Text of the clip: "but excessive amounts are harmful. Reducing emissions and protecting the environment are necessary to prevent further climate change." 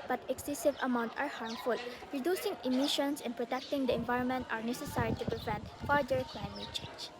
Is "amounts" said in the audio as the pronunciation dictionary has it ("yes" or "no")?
no